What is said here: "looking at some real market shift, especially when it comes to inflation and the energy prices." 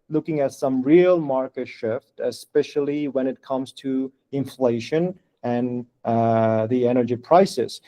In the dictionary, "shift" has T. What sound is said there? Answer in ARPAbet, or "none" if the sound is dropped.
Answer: T